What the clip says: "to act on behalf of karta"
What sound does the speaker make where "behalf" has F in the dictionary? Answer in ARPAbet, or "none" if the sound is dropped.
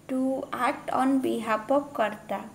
P